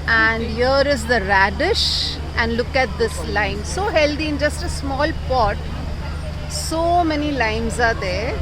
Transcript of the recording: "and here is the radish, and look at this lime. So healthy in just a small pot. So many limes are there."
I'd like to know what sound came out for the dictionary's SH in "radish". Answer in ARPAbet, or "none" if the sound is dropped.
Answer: SH